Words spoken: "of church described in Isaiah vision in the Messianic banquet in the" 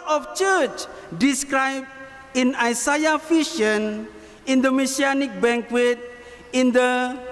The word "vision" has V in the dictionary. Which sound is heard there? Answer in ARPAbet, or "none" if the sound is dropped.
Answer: F